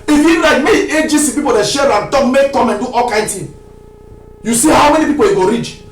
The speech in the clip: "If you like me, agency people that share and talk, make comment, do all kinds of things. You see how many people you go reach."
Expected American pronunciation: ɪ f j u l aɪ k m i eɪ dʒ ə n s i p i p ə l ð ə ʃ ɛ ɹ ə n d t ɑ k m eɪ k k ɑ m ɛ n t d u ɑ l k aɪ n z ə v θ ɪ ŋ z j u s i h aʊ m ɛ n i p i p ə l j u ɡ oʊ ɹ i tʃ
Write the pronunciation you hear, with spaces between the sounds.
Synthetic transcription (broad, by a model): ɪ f j u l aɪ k m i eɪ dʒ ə s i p i p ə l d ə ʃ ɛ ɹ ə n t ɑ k m eɪ k k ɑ m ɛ n d u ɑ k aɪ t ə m j u s i h aʊ m ɛ n i p i p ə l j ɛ ɡ oʊ ɹ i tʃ